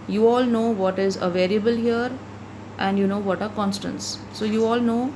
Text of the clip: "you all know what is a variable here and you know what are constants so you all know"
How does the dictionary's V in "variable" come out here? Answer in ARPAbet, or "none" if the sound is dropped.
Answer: V